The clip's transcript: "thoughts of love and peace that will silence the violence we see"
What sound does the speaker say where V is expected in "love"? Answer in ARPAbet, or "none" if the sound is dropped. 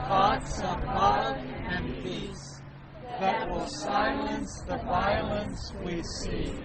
none